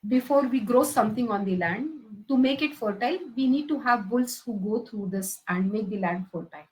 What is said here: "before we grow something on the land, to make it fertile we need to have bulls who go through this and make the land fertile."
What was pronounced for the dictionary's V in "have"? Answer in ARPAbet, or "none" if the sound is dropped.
V